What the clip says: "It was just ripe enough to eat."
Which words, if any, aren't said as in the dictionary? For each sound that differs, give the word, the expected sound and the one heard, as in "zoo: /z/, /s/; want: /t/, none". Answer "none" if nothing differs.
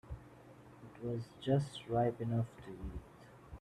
none